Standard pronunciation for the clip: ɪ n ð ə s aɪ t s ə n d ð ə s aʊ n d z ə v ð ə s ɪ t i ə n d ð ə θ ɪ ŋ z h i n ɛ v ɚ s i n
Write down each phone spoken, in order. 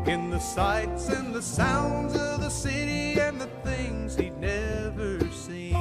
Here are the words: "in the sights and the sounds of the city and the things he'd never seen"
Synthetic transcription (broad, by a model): ɪ n ð ə s aɪ t s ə n ð ə s aʊ n d z ə v ð ə s ɪ t i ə n ð ə θ ɪ ŋ z h i n ɛ v ɚ s i n